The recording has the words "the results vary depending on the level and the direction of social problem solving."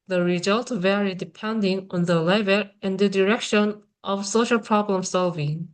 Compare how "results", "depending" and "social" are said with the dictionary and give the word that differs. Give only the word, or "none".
results